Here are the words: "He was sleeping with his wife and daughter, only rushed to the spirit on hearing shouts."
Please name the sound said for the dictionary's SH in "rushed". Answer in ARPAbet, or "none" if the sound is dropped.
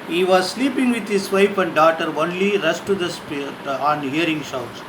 S